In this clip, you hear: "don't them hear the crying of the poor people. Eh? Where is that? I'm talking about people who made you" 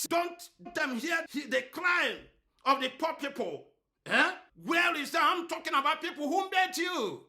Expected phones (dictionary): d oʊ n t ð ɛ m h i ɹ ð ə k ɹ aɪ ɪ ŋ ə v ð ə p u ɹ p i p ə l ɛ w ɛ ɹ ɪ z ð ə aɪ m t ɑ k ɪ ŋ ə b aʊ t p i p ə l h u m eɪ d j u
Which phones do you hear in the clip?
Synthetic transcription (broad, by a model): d oʊ n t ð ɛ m h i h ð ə k l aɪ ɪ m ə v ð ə p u p i p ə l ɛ w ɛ l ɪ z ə aɪ m t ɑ k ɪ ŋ ə b aʊ t p i p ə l h u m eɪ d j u